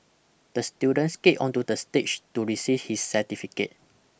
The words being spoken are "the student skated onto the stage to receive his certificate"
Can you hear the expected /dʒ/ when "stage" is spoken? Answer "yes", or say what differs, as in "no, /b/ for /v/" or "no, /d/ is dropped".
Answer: no, /tʃ/ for /dʒ/